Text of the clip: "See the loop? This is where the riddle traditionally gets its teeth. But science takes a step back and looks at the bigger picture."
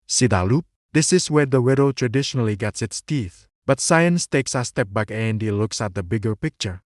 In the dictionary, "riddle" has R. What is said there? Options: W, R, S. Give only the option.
W